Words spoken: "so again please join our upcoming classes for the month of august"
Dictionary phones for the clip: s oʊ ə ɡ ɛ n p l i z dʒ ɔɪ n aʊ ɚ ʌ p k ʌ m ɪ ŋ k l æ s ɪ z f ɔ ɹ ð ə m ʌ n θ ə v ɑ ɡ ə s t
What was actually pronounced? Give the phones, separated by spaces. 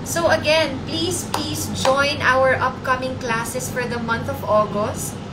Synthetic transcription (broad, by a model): s oʊ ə ɡ ɛ n p l i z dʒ ɔɪ n aʊ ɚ ʌ p k ʌ m ɪ ŋ k l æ s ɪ s f ɔ ɹ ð ə m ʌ n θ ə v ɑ ɡ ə s t